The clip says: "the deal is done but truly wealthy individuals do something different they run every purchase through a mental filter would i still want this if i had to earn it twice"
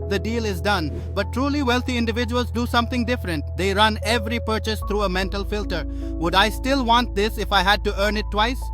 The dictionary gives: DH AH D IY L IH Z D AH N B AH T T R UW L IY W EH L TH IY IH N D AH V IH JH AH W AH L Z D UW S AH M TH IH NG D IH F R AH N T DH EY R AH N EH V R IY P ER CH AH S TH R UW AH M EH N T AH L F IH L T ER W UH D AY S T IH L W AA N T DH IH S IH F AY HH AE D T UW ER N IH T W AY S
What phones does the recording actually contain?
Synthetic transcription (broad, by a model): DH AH D IY L IH Z D AH N B AH T T R UW L IY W EH L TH IY IH N D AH V IH JH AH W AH L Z D UW S AH M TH IH NG D IH F R AH N T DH EY R AH N EH V R IY P ER CH AH S T R UW AH M EH N T AH L F IH L T ER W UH D AY S T IH L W AA N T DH IH S IH F AY HH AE D T UW ER N IH T W AY S